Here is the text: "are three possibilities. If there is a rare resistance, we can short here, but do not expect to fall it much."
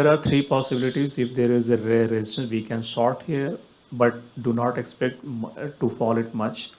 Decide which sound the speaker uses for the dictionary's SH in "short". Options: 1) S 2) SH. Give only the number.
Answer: 1